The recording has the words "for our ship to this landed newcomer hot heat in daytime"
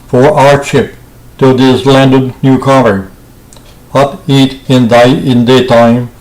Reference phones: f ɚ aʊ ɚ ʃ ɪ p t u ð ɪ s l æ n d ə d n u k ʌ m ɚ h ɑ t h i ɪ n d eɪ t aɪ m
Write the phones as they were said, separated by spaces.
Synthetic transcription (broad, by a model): f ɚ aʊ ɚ ʃ ɪ p t u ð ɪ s l æ n d ə d n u k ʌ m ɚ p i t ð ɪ ɪ n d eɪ t aɪ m